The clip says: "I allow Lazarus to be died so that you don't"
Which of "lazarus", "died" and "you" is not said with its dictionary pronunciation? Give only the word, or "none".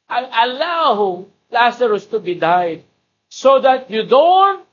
lazarus